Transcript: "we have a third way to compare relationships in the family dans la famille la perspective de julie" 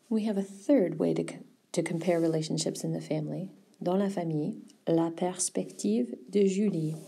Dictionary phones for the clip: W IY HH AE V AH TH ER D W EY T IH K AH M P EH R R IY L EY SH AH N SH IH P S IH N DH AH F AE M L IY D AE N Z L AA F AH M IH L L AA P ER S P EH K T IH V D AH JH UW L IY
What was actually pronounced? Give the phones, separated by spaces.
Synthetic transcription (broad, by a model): W IY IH V AH TH ER D W EY T IH K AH M P EH R R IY L EY SH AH N SH IH P S IH N DH AH F AE M L IY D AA L AA F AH M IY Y L AA P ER S P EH K T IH V D AH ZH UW L IY